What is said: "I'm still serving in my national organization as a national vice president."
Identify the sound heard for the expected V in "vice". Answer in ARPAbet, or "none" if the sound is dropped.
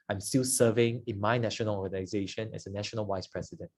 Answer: W